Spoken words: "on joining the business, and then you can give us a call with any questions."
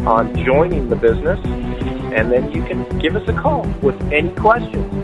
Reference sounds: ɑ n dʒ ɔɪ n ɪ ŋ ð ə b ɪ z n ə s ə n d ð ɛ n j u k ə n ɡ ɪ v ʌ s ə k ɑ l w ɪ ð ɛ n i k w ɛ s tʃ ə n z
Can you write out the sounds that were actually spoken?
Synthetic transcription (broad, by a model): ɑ n dʒ ɔɪ n ɪ ŋ ð ə b ɪ z n ə s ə n ð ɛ n j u k ə n ɡ ɪ v ʌ s ə k ɑ l w ɪ ð ɛ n i k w ɛ s tʃ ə n